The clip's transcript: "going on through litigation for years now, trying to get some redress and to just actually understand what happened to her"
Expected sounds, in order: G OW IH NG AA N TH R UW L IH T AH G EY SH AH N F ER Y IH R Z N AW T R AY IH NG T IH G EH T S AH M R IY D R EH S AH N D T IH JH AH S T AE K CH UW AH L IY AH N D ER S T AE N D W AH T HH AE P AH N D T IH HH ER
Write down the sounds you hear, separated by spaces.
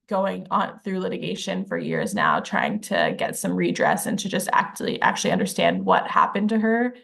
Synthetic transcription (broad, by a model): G OW IH NG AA N TH R UW L IH T AH G EY SH AH N F ER Y IH R Z N AW T R AY IH NG T IH G EH T S AH M R IY D R EH S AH N T IH JH AH S T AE K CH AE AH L IY AH N D ER S T AE N D W AH T HH AE P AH N T IH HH ER